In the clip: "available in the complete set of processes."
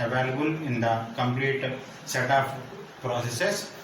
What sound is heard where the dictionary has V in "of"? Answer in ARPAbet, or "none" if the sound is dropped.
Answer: P